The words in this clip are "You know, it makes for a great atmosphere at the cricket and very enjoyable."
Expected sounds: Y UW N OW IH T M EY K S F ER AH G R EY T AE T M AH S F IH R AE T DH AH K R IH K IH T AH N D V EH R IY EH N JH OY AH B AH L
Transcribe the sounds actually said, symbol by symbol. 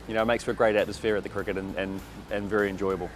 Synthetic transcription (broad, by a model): Y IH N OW IH T M EY K S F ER AH G R EY T AE T M AH S F IH R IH T DH AH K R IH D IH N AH N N V EH R IY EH N JH OY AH B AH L